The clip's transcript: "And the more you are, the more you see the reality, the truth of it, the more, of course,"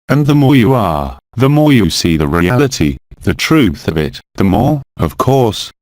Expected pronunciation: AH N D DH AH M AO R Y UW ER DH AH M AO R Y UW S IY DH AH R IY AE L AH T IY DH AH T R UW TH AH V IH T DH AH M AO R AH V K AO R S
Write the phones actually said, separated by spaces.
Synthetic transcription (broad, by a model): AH N DH AH M AO R Y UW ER DH AH M AO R Y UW S IY DH AH R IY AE L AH T IY DH AH T R UW TH AH V IH T DH AH M AO R AH V K AO R S